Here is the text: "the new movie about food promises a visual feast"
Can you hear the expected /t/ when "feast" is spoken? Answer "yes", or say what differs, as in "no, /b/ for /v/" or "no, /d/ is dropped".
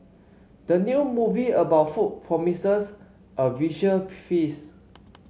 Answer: no, /t/ is dropped